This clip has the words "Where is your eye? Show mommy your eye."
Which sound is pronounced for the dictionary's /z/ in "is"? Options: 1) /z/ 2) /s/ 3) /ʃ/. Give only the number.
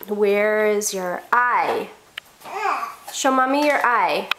1